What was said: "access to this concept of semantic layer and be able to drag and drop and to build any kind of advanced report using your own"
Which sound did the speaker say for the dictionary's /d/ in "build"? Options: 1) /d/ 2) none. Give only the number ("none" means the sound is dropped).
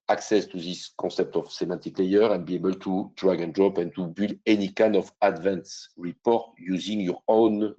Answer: 2